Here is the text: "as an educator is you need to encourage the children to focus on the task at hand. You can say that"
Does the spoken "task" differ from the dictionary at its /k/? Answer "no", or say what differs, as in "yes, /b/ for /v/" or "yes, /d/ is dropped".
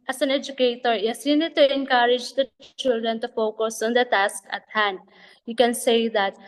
no